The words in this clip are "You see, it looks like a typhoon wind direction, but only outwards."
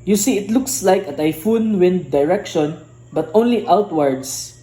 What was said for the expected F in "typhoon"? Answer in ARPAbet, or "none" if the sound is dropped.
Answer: F